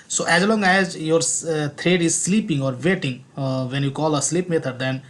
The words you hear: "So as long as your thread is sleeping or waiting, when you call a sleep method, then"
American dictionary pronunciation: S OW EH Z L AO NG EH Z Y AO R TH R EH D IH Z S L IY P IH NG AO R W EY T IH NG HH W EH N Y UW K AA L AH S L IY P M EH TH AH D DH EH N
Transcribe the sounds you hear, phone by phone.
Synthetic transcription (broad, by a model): S OW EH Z L AO NG EH Z Y AO R T R EH D IH Z S L IY P IH NG AO R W EY T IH NG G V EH N Y UW K AA L AH S L IY P M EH T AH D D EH N